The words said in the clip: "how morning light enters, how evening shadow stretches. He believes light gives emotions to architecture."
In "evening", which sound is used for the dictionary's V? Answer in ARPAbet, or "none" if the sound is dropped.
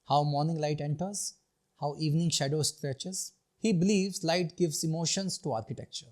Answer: V